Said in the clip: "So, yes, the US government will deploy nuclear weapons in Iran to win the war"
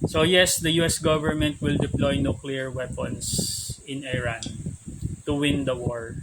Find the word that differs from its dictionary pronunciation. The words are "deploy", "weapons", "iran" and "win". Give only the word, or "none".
weapons